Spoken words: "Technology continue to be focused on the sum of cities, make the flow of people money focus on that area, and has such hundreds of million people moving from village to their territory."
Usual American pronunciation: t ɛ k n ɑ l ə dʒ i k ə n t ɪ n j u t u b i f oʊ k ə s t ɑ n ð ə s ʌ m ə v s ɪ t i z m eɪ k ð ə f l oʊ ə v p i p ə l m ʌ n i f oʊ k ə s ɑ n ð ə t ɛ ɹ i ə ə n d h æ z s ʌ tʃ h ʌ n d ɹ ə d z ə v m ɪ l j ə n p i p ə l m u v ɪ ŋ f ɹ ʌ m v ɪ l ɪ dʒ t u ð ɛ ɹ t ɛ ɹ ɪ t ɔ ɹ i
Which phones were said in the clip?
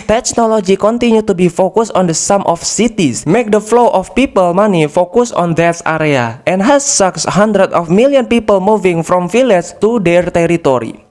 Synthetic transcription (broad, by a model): t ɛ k n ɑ l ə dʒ i k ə n t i n j u t u b i f oʊ k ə s ɑ n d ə s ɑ m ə f s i t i s m eɪ k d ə f l oʊ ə f p i p ə l m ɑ n i f oʊ k ə s ɑ n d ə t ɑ ɹ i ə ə n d h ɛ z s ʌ s h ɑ n d ɹ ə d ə f m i l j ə n p i p ə l m u v ɪ ŋ f ɹ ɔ m f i l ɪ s t u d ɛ ɹ t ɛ ɹ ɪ t ɔ ɹ i